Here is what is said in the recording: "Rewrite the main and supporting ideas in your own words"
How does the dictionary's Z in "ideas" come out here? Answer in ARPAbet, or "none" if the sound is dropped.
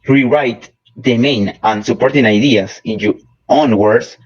S